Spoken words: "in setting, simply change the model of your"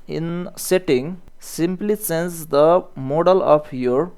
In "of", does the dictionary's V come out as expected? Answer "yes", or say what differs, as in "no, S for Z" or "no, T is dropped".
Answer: no, P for V